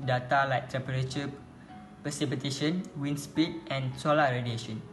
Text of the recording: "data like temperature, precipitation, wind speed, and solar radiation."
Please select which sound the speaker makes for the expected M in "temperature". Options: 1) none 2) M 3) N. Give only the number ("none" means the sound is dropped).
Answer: 1